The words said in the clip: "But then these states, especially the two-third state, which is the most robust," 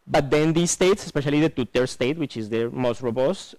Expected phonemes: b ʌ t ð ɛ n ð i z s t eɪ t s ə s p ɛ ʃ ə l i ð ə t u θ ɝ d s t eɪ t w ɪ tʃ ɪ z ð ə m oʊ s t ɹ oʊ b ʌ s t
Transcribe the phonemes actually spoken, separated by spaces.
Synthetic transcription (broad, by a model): b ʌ t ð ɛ n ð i s t eɪ t s ə s p ɛ ʃ ə l i ð ə t u t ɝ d s t eɪ t w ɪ tʃ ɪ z ð ə m oʊ s t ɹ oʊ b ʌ s t